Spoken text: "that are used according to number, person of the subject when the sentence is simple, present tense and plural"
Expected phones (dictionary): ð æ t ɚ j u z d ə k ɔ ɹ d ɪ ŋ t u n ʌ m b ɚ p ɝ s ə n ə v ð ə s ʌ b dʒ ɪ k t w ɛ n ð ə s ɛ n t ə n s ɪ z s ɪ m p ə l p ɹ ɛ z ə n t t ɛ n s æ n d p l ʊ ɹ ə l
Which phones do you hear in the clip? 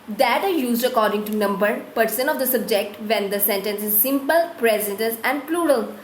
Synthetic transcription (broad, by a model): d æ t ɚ j u z d ə k ɔ ɹ d ɪ ŋ t u n ʌ m b ɚ p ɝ s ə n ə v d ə s ʌ b dʒ ɪ k t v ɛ n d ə s ɛ n t ə n s ɪ z s ɪ m p ə l p ɹ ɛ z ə n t t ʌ s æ n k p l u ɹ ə l